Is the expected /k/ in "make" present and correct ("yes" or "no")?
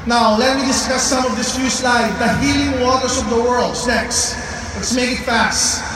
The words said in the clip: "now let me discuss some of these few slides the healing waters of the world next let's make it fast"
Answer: yes